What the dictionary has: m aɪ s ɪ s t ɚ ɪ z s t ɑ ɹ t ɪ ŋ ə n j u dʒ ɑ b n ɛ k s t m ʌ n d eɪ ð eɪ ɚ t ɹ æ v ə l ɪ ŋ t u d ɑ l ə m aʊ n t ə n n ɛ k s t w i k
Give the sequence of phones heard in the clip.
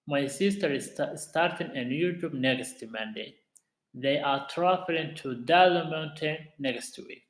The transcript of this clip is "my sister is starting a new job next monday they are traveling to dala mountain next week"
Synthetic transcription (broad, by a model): m aɪ s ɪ s t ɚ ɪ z s t ɑ ɹ t ɪ ŋ ə n j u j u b n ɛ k s t m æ n d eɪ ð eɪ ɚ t ɹ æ f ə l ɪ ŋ t u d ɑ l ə m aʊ n t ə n n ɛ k s t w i k